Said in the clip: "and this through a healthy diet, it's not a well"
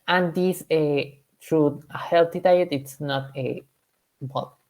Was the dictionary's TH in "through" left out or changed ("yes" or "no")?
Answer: yes